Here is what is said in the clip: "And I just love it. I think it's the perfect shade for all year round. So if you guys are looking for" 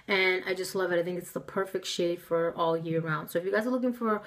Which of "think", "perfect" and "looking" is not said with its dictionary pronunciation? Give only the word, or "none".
none